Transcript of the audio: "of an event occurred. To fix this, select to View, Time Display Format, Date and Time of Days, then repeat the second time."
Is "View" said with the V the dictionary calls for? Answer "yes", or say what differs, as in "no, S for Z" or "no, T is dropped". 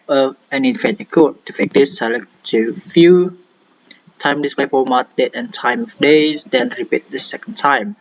no, F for V